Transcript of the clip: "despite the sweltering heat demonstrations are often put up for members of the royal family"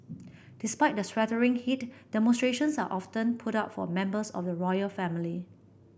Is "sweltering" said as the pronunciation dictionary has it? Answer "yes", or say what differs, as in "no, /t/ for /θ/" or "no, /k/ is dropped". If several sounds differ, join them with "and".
no, /l/ is dropped